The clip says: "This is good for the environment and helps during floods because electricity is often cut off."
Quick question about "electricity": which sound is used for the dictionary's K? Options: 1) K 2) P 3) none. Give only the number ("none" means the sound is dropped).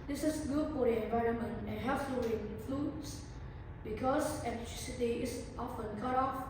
3